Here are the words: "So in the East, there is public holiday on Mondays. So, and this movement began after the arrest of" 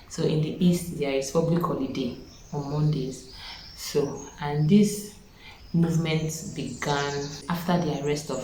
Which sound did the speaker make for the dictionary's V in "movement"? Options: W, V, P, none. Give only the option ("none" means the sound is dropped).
V